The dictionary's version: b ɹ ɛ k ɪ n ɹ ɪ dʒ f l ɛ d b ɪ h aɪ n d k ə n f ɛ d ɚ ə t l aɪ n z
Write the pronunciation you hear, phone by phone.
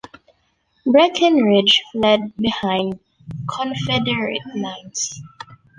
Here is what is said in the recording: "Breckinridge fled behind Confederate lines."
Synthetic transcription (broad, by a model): b ɹ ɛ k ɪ n ɹ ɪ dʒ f l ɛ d b ɪ h aɪ n d k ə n f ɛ d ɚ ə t n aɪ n s